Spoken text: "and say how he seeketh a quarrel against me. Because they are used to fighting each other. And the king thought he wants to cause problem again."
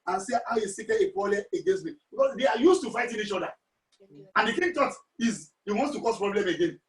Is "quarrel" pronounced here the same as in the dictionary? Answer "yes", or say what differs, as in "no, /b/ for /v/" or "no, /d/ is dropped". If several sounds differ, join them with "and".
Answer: no, /l/ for /ɹ/